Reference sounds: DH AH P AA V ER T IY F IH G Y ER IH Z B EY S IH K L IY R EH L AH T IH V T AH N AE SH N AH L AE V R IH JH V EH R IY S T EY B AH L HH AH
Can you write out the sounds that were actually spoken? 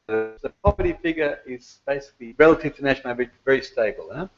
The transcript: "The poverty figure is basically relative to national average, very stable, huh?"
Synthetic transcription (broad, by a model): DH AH P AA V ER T IY F IH G Y ER IH Z B EY S IH K L IY R EH L AH T IH V T AH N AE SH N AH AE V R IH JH V EH R IY S T EY B AH L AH